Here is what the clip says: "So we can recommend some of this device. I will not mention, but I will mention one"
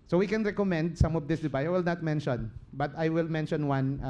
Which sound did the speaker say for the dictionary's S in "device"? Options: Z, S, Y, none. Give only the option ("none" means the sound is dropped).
none